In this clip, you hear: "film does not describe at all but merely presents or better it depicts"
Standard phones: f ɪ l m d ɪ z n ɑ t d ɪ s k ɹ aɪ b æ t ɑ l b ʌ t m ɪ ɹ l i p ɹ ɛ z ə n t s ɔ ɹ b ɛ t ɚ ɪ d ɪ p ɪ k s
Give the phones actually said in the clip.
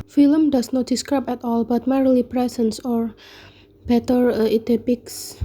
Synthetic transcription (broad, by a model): f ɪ l m d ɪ s n ɑ t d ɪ s k ɹ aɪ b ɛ t ɑ l b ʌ t m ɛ ɹ l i p ɹ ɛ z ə n s ɔ ɹ b ɛ t ɚ ɪ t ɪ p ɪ k s